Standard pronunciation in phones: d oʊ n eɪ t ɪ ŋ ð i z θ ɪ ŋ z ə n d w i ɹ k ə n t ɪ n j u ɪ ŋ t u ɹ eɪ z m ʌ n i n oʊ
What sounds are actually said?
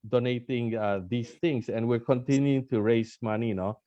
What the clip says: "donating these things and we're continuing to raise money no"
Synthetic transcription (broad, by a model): d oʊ n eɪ t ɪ ŋ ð i s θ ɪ ŋ s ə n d w i ɹ k ə n t ɪ n j u ɪ ŋ t u ɹ eɪ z m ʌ n i n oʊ